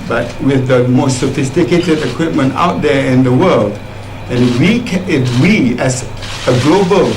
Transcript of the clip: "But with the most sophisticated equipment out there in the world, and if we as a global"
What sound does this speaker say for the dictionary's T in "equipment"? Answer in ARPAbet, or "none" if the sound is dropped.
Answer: T